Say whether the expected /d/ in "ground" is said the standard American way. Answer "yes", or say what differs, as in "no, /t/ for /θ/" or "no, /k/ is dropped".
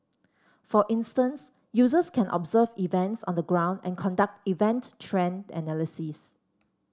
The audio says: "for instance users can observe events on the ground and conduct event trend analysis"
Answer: yes